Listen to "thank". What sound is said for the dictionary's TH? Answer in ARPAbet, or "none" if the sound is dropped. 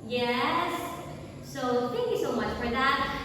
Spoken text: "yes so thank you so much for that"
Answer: TH